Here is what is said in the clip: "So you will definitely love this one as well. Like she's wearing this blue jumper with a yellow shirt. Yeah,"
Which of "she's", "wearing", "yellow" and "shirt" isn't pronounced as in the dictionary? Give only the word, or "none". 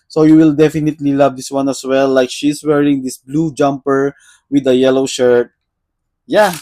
she's